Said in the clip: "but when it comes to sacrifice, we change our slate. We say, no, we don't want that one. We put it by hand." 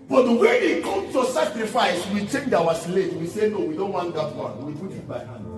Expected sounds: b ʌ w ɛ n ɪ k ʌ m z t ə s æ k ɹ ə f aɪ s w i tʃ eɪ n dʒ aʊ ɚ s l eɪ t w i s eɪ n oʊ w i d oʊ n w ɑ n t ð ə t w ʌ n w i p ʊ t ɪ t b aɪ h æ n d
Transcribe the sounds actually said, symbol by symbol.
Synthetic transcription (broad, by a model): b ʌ w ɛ ɪ k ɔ m s t ə s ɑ k ɹ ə f aɪ s w i tʃ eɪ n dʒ aʊ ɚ s l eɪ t w i s eɪ n oʊ w i d oʊ n w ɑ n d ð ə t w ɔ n w i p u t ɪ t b aɪ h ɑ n